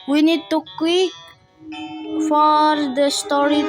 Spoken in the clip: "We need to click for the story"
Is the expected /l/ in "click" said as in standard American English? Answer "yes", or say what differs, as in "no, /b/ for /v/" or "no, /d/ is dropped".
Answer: no, /l/ is dropped